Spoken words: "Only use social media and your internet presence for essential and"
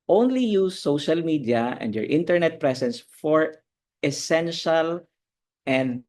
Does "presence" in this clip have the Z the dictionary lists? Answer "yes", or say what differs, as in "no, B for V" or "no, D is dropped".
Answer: no, S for Z